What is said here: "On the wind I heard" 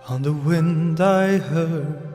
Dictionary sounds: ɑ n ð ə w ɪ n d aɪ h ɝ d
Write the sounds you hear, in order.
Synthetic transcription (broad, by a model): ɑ n ð ə w ɪ n d aɪ h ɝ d